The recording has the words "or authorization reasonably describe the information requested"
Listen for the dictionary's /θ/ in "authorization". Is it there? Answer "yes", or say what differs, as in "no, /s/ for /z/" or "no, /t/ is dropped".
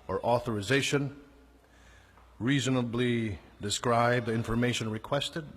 yes